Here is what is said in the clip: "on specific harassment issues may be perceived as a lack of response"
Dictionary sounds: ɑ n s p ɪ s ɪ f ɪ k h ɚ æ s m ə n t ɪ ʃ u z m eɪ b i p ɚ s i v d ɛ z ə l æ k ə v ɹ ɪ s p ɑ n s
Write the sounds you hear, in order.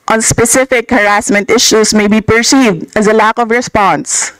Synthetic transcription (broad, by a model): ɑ n s p ɪ s ɪ f ɪ k h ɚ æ s m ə n t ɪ ʃ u s m eɪ b i p ɚ s i v d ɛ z ə l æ k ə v ɹ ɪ s p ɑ n s